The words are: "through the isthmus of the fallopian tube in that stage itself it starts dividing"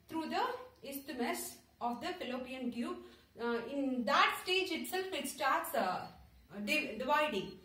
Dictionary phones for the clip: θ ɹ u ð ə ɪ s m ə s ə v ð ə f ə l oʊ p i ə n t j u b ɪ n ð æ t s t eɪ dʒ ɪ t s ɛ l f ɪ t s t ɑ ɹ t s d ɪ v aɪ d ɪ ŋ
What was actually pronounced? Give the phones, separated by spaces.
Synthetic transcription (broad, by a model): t ɹ u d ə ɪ s m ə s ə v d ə f ə l oʊ p i ə n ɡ j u ɪ n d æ t s t eɪ dʒ ɪ t s ɛ l f ɪ t s t ɑ ɹ t s d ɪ v aɪ d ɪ ŋ